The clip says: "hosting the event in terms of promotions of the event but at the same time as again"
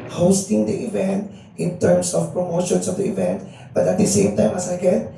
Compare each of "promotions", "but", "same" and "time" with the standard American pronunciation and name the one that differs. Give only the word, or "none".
promotions